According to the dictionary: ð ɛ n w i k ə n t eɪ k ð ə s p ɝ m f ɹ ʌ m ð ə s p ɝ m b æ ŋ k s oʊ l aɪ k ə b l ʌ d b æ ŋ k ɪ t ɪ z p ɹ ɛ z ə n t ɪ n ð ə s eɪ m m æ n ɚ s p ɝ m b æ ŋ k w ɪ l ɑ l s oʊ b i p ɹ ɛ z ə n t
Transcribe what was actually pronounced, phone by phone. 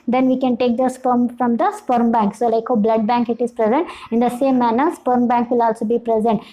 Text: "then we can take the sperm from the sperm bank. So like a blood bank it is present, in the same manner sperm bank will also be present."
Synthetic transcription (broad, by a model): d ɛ n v i k ə n t eɪ k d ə s p ɝ m f ɹ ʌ m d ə s p ɝ m b æ ŋ k s oʊ l aɪ k ə b l ʌ d b æ ŋ k ɪ t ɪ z p ɹ ɛ z ə n t ɪ n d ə s eɪ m m æ n ɚ s p ɝ m b æ ŋ k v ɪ l ɑ l s oʊ b i p ɹ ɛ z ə n t